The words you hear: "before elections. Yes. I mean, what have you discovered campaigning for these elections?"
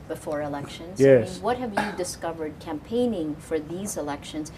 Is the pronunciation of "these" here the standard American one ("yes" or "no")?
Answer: yes